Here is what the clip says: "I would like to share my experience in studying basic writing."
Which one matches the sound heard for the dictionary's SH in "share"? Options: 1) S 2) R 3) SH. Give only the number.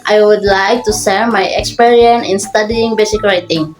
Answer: 1